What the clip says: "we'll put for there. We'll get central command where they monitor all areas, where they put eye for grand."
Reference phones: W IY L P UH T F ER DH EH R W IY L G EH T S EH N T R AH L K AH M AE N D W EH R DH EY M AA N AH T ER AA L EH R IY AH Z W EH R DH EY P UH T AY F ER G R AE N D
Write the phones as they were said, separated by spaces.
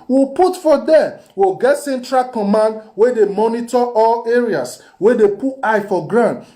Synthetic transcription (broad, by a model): W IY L P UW T F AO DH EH W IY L G EH T S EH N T R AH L K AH M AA N D W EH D EY M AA N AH T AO AA L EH R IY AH S W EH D EY P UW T AY F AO G R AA N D